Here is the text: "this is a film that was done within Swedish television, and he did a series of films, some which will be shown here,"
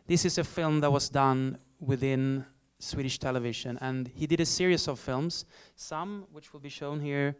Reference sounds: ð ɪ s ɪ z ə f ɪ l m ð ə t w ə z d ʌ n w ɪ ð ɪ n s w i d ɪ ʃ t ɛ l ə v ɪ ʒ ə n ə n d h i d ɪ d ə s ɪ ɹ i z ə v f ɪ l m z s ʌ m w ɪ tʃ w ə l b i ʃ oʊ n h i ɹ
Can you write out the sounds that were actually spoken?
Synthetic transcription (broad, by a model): ð ɪ s ɪ z ə f ɪ l m ð ə t w ə z d ʌ n w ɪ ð ɪ n s w i d ɪ ʃ t ɛ l ə v ɪ ʒ ə n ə n h i d ɪ d ə s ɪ ɹ i s ə v f ɪ l m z s ʌ m w ɪ tʃ w ə l b i ʃ oʊ n h i ɹ